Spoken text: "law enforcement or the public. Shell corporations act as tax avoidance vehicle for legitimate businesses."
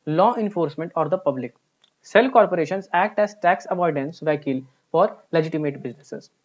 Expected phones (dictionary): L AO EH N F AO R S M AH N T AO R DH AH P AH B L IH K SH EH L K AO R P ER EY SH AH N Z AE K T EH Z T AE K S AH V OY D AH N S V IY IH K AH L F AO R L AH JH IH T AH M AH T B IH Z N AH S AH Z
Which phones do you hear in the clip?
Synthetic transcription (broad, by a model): L AO EH N F AO R S M AH N T AO R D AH P AH B L IH K S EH L K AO R P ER EY SH AH N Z AE K T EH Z T AE K S AH V OY D AH N S V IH K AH L F AO R L AH JH IH T AH M AH T B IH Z N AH S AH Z